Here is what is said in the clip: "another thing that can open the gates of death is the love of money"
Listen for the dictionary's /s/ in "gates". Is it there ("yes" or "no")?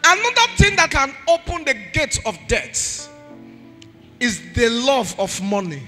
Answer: no